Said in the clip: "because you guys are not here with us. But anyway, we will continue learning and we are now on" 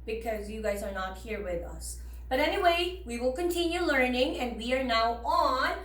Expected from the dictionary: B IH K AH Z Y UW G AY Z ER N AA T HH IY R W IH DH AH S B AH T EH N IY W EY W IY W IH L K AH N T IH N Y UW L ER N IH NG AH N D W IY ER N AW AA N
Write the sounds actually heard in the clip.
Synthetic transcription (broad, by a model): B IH K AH Z Y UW G AY Z ER N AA T HH IY R W IH DH AH S B AH T EH N IY W EY W IY W IH L K AH N T IH N Y UW L ER N IH NG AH N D W IY ER N AW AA N